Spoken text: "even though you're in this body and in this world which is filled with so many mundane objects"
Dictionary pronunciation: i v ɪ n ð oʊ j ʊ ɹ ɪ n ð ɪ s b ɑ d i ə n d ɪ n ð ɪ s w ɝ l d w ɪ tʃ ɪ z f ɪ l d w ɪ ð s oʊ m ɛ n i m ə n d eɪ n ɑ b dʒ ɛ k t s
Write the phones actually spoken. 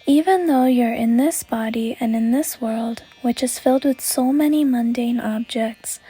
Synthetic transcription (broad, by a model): i v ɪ n ð oʊ j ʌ ɹ ɪ n ð ɪ s b ɑ d i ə n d ɪ n ð ɪ s w ɝ l d w ɪ tʃ ɪ z f ɪ l d w ɪ ð s oʊ m ɛ n i m ə n d eɪ n ɑ b dʒ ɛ k t s